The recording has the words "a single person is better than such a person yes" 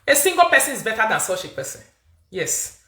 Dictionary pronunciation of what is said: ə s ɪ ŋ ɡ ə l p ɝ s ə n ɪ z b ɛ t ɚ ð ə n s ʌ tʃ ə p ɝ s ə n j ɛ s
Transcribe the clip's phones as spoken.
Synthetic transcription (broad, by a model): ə s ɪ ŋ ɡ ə p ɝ s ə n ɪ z b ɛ t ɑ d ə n s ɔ ʃ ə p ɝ s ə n j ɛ s